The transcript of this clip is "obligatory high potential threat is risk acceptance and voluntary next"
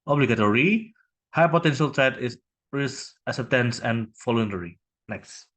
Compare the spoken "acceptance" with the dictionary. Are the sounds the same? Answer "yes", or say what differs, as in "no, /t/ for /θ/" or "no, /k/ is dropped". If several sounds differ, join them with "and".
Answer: no, /k/ is dropped